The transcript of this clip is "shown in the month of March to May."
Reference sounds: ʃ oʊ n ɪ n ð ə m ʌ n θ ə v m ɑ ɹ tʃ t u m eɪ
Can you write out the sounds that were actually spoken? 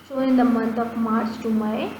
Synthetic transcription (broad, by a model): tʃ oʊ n ɪ n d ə m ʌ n t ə p m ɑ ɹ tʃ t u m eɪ